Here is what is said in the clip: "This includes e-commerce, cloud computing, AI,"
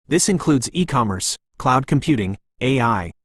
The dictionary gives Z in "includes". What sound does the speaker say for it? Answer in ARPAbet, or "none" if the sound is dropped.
Z